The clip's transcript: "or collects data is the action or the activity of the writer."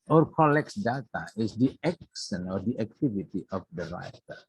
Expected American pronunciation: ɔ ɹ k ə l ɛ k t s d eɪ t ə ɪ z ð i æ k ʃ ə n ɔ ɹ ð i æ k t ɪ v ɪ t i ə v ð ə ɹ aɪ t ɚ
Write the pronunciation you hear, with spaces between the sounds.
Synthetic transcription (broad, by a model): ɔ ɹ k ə l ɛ k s d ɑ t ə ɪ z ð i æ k s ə n ɔ ɹ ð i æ k t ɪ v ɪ t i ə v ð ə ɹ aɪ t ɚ